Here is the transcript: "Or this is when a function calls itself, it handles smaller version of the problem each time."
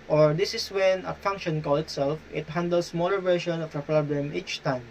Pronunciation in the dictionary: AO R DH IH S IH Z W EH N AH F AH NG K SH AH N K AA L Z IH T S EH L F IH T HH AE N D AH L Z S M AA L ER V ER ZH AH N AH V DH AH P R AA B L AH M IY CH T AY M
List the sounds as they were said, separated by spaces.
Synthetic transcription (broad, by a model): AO R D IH S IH S W EH N AH F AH NG K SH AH N K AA L IH T S EH L F IH T HH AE N D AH L S M AA L ER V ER SH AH N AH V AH P R AA B L AH M IY CH T AY M